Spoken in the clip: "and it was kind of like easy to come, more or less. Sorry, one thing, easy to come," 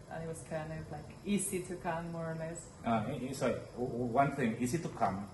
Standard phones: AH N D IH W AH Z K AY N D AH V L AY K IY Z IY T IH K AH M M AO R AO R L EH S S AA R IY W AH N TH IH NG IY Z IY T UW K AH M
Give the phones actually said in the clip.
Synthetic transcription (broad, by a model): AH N IH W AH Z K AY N AH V L AY K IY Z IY T IH K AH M M AO R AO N L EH S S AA IY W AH N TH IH NG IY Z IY T UW K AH M